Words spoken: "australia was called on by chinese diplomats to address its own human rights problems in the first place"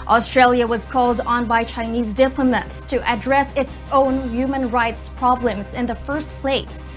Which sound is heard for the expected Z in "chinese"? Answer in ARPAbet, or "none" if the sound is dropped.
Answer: Z